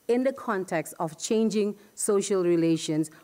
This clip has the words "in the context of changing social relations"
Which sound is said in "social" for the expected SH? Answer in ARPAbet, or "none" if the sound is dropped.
SH